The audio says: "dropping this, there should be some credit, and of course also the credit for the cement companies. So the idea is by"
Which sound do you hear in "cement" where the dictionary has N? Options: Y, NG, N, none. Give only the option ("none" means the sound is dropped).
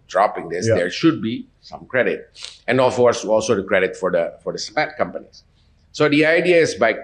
none